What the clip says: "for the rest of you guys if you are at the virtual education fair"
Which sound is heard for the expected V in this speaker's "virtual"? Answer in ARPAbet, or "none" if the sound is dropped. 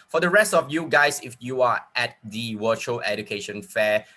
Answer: W